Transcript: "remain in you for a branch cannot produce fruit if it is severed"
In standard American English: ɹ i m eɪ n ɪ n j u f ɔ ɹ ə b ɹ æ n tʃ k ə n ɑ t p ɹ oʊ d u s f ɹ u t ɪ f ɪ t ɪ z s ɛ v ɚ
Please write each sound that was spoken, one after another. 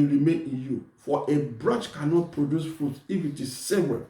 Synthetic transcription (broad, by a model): ɹ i m eɪ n ɪ n j u f ɔ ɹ ə b ɹ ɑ tʃ k ə n ɑ t p ɹ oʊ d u s f ɹ u t ɪ f ɪ t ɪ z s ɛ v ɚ